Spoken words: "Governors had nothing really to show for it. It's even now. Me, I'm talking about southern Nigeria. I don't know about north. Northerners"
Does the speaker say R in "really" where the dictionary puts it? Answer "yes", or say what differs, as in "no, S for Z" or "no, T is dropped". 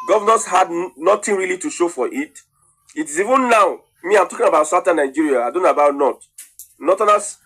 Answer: yes